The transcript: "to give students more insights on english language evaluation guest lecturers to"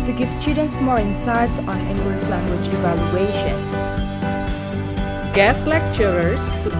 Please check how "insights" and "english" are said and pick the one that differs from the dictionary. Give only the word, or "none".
english